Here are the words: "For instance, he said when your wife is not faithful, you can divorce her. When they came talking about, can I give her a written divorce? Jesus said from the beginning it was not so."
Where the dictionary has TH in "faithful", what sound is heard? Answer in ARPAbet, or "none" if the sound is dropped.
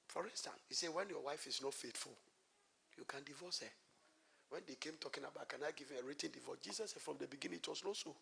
T